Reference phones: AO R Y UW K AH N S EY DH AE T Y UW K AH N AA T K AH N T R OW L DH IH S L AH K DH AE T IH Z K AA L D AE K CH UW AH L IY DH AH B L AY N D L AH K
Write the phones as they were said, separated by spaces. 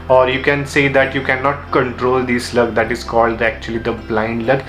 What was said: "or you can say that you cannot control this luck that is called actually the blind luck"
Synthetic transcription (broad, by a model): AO R Y UW K AH N S EY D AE T Y UW K AH N AA T K AH N T R OW L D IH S L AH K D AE T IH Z K AA L D AE K CH UW AH L IY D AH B L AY N D L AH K